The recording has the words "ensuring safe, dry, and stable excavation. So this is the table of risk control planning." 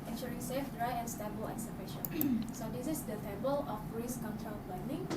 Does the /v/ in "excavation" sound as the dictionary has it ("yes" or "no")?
no